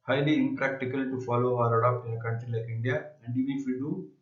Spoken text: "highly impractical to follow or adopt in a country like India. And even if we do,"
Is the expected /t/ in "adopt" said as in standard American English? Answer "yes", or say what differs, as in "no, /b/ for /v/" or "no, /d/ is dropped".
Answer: no, /t/ is dropped